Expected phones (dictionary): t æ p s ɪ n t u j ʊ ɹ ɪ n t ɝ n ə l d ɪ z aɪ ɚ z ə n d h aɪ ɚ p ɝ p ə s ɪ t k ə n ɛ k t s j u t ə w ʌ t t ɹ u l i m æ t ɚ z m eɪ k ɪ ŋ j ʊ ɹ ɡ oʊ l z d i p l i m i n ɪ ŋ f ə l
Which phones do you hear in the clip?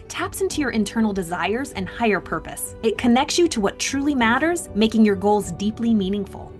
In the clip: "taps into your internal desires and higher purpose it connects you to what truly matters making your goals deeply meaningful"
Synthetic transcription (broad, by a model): t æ p s ɪ n t u j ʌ ɹ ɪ n t ɝ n l d ɪ z aɪ ɚ z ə n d h aɪ ɚ p ɝ p ə s ɪ t k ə n ɛ k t s j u t ə w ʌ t t ɹ u l i m æ t ɚ z m eɪ k ɪ ŋ j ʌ ɹ ɡ oʊ l z d i p l i m i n ɪ ŋ f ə l